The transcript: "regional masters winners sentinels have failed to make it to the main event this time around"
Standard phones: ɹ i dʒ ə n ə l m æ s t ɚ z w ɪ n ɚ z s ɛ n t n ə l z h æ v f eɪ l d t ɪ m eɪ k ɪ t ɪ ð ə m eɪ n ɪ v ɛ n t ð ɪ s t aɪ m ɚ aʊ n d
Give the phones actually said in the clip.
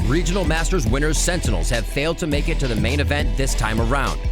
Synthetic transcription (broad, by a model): ɹ i dʒ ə n l m æ s t ɚ z w ɪ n ɚ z s ɛ n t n l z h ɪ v f eɪ l d t ɪ m eɪ k ɪ t ɪ ð ə m eɪ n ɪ v ɛ n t ð ɪ s t aɪ m ɚ aʊ n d